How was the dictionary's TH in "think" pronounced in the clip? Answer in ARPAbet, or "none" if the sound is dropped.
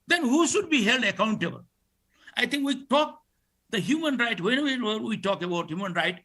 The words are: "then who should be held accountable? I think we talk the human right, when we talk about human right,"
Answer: T